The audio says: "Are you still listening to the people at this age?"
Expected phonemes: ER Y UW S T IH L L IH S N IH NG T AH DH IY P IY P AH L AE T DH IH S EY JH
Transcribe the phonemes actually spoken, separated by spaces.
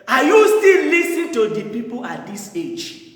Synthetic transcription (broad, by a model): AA Y UW S T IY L L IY S IH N T AH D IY P IY P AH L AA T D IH S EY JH